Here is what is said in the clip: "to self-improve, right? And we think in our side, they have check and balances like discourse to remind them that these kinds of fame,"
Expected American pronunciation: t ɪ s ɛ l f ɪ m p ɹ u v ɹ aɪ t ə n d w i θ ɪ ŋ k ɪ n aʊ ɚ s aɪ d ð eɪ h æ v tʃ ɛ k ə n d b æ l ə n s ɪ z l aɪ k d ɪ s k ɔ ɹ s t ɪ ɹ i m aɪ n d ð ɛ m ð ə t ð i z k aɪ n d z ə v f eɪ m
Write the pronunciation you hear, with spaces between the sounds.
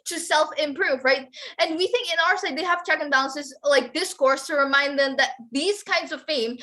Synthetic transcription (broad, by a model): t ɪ s ɛ l f ɪ m p ɹ u v ɹ aɪ t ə n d w i θ ɪ ŋ k ɪ n aʊ ɚ s aɪ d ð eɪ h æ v tʃ ɛ k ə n b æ l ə n s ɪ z l aɪ k d ɪ s k ɔ ɹ s t ɪ ɹ i m aɪ n d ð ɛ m ð ə t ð i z k aɪ n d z ə v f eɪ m